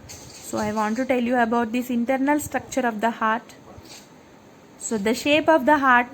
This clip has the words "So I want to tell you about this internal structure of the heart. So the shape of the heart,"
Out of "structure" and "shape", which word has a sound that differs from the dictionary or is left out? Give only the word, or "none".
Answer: none